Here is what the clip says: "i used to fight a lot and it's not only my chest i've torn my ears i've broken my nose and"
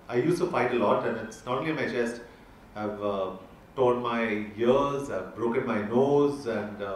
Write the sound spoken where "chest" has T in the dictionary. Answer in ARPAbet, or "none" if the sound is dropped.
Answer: T